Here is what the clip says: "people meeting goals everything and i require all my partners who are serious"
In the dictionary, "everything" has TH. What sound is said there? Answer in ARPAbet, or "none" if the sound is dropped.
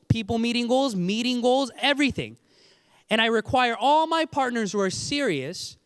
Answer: TH